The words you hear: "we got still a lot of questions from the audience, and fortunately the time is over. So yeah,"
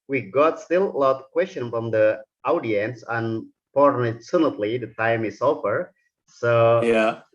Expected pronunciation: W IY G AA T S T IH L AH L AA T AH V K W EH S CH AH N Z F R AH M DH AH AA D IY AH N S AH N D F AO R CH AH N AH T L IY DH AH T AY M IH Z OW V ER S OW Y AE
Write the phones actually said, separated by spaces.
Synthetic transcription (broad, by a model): W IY G AA T S T IH L AH L AA T K W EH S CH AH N F R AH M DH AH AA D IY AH N S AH N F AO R S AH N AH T L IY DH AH T AY M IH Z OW F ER S OW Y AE